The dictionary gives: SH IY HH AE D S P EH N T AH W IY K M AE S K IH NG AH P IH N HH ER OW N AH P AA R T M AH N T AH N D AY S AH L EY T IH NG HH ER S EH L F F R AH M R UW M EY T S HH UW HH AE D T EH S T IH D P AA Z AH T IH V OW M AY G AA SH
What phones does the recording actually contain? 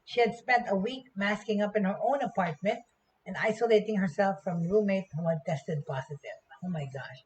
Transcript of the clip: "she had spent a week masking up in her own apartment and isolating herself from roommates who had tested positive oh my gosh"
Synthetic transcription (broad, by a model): SH IY HH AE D S P EH N T AH W IY K M AE S K IH NG AH P IH N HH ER OW N AH P AA R T M AH N T AH N D AY S AH L EY T IH NG HH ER S EH L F F R AH M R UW M EY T HH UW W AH T EH S T IH D P AA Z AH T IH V OW M AY G AA SH